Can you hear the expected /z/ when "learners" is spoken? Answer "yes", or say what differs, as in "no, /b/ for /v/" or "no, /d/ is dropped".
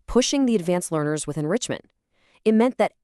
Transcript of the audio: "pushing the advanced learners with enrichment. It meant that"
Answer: yes